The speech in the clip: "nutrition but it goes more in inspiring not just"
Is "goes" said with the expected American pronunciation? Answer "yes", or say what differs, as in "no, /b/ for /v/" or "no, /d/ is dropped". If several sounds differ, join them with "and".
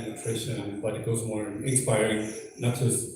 yes